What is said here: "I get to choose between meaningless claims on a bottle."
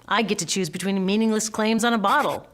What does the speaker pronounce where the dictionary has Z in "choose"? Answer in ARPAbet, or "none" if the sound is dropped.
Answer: Z